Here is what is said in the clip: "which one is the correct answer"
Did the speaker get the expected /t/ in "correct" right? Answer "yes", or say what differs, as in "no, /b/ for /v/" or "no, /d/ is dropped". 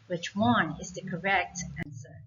yes